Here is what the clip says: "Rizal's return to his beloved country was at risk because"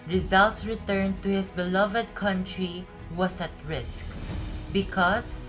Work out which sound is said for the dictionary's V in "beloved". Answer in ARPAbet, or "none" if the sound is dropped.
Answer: V